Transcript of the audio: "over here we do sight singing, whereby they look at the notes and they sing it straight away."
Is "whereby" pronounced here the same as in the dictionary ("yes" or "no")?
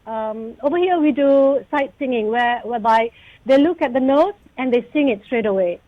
no